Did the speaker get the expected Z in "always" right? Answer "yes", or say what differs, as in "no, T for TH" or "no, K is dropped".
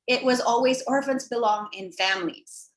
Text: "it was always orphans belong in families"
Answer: yes